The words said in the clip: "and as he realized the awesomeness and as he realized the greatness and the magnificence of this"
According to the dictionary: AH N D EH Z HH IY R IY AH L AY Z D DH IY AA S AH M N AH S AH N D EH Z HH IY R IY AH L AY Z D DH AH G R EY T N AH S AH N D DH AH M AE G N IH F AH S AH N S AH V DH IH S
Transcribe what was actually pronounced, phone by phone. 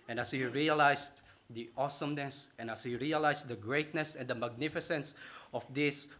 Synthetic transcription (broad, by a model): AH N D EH S HH IY R IY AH L AY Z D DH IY AA S AH M N AH S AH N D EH S HH IY R IY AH L AY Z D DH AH G R EY T N AH S AH N D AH M AE G N IH F AH S AH N S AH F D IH S